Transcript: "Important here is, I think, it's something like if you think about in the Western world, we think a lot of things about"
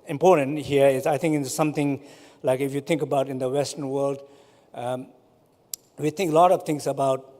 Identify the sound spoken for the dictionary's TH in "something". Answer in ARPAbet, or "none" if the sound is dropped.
T